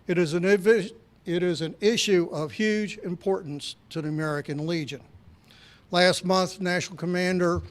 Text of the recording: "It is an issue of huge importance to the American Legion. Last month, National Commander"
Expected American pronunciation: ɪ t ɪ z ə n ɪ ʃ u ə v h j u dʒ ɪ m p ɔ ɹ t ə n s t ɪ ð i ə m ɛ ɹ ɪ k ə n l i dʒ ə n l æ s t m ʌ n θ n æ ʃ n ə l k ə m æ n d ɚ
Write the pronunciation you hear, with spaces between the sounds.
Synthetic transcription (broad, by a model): ɪ t ɪ z ə n ɪ ʃ u ə v h j u dʒ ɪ m p ɔ ɹ t n s t ɪ ð i ə m ɛ ɹ ɪ k ə n l i dʒ ə n l æ s t m ʌ n θ n æ ʃ n l k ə m æ n d ɚ